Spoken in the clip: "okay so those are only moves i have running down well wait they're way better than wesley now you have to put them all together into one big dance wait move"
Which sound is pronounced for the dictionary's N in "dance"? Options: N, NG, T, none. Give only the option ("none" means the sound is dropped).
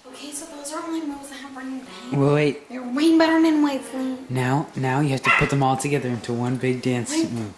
N